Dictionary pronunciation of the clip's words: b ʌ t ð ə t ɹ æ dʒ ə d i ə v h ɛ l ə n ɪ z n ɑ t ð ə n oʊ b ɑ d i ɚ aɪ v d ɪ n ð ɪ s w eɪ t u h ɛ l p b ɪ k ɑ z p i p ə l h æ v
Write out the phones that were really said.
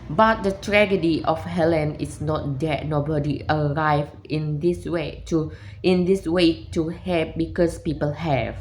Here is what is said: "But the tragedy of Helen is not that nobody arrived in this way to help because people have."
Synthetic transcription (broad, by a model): b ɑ t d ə t ɹ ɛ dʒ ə d i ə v h ɛ l ə n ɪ s n ɑ t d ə n oʊ b ɑ d i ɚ aɪ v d ɪ n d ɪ s w eɪ t u h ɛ p b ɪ k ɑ s p i p ə l h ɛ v